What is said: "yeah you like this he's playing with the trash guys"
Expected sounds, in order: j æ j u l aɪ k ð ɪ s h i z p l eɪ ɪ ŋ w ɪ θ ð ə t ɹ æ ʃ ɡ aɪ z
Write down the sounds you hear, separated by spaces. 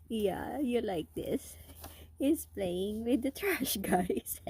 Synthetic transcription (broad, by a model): j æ j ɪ l aɪ k ð ɪ s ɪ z p l eɪ ɪ ŋ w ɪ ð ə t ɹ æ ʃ ɡ aɪ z